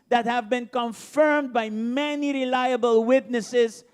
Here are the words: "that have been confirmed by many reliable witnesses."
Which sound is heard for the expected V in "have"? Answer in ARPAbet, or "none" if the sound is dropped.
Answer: V